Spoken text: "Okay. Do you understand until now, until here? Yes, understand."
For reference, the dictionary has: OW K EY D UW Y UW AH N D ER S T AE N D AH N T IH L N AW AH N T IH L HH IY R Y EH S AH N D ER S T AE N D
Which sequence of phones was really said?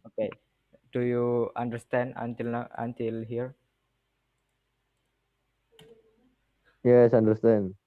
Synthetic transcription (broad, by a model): OW K EY D UW Y UW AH N D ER S T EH N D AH N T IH L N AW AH N T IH L HH IY R Y EH S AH N D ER S T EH N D